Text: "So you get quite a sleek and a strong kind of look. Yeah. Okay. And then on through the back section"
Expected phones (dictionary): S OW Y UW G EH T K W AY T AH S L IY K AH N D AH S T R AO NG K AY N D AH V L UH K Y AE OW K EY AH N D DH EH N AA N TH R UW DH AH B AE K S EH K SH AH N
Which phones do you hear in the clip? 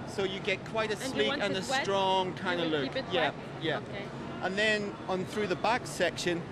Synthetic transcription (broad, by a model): S OW Y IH G EH T K W AY T AH S L IY AH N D AH S T R AO NG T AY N AH L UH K Y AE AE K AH N DH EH N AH N TH R UW DH AH B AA K S EH K SH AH N